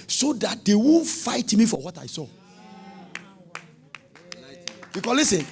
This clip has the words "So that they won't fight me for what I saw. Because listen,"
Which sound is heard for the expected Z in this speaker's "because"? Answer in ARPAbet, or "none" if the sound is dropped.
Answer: S